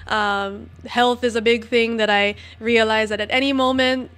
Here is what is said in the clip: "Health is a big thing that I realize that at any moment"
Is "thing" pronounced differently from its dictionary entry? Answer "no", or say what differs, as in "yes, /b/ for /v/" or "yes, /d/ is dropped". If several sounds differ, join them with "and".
no